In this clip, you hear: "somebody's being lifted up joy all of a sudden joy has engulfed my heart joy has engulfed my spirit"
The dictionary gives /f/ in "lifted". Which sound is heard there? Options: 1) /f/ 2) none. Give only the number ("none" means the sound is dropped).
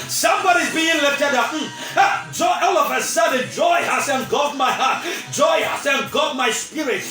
2